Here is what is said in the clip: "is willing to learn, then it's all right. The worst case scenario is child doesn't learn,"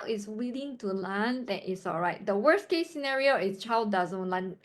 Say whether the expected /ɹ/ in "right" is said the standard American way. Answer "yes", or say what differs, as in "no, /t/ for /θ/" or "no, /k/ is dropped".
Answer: yes